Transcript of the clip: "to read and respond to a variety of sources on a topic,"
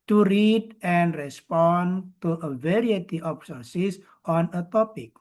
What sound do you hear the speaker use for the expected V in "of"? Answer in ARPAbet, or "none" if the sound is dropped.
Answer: P